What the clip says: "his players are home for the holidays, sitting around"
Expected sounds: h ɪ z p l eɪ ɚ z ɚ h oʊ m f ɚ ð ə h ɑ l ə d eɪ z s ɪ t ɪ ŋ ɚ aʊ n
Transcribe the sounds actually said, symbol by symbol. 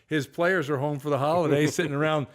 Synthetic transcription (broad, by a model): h ɪ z p l eɪ ɚ z ɚ h oʊ m f ɚ ð ə h ɑ l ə d eɪ s ɪ t ɪ ŋ ɚ aʊ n